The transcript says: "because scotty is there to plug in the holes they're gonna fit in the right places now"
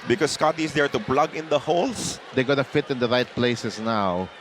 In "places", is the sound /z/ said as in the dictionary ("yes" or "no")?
no